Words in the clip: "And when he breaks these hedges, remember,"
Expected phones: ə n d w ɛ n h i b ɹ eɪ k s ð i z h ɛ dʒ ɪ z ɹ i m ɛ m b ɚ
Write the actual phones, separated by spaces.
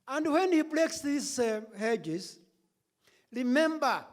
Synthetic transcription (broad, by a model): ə n d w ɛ n h i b l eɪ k s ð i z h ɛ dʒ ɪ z ɹ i m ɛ m b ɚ